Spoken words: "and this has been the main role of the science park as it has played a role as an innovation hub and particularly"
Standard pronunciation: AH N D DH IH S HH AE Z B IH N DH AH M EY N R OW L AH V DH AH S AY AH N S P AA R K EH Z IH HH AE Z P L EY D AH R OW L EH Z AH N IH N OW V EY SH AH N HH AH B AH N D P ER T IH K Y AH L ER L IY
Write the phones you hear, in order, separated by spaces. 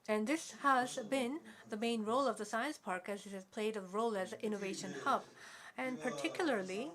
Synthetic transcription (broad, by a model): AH N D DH IH S HH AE Z B IH N DH AH M EY N R OW L AH V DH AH S AY AH N S P AA R K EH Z IH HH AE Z P L EY D AH R OW L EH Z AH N IH N OW V EY SH AH N HH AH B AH N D P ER T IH K Y L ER L IY